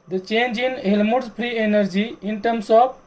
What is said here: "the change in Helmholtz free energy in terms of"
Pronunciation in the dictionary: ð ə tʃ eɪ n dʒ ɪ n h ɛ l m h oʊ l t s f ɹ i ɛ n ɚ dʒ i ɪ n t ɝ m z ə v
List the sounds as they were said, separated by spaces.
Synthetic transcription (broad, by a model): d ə tʃ eɪ n dʒ ɪ n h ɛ l m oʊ t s p ɹ i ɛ n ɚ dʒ i ɪ n t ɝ m s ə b